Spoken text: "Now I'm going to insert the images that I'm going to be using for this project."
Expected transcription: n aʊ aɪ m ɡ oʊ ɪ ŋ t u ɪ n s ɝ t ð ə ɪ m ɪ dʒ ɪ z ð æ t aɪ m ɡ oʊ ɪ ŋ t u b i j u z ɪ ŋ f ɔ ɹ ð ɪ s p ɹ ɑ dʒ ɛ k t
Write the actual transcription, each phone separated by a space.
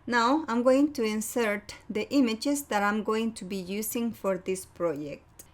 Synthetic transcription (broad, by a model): n aʊ aɪ m ɡ oʊ ɪ ŋ t u ɪ n s ɝ t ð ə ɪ m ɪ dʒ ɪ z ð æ t aɪ m ɡ oʊ ɪ ŋ t u b i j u s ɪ ŋ f ɔ ɹ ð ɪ s p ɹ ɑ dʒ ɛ k t